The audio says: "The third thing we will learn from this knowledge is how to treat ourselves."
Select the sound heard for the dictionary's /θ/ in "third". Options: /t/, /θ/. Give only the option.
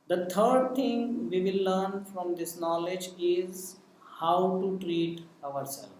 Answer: /t/